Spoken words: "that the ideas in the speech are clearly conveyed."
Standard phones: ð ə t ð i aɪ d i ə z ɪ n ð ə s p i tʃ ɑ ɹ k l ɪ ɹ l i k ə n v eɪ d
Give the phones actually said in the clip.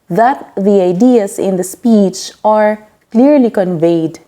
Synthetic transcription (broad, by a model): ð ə t ð i aɪ d i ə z ɪ n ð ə s p i tʃ ɑ ɹ k l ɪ ɹ l i k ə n v eɪ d